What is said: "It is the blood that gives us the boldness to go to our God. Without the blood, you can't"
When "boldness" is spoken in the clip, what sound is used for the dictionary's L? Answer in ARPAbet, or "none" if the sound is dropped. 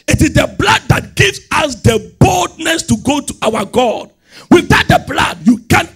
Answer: L